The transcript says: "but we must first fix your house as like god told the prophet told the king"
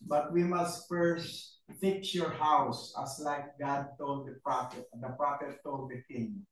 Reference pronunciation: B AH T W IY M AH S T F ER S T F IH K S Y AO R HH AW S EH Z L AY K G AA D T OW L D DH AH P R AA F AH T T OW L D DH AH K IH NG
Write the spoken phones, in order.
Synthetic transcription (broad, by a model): B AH T W IY M AH S T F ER S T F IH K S Y AO R HH AW S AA S L AY K G AA D T OW L D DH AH P R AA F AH T T OW L D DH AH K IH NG